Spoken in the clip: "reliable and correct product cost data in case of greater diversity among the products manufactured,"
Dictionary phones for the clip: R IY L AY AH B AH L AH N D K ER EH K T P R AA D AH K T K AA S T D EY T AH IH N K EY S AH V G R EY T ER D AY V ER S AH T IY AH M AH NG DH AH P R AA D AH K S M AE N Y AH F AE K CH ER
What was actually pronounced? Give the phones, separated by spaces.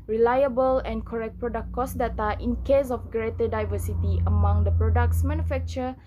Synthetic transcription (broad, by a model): R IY L AY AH B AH L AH N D K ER EH K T P R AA D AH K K AA S D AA T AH IH N K EY S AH F G R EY T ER D AY V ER S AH T IY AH M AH NG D AH P R AA D AH K S M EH N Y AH F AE K CH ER